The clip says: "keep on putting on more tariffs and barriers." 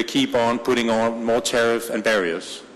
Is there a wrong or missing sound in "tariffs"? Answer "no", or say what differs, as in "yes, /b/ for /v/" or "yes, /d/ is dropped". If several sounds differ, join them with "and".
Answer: yes, /s/ is dropped